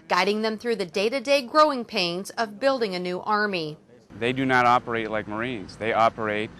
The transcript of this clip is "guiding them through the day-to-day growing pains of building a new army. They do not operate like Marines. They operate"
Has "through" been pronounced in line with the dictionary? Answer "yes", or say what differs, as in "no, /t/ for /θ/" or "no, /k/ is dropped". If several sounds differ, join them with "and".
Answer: yes